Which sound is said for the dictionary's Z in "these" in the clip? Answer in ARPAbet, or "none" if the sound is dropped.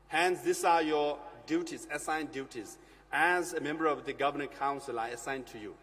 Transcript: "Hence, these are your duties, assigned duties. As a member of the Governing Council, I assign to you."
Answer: S